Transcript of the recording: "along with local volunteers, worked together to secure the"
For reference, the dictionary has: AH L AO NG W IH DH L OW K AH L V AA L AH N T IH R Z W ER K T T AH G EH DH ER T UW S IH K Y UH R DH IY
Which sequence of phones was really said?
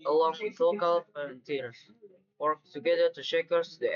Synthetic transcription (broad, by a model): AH L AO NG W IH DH L OW K AH L F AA AH N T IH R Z W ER K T T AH G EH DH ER T UW SH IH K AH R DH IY